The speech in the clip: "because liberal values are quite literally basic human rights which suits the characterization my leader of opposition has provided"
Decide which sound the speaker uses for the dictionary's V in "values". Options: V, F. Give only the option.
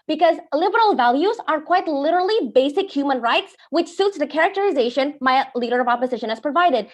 V